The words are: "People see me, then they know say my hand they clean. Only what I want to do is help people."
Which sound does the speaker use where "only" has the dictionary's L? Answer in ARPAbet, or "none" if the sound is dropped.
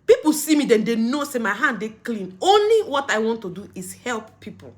L